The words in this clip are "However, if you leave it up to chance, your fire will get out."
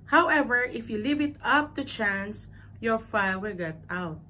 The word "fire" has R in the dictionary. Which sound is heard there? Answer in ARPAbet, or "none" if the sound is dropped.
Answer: L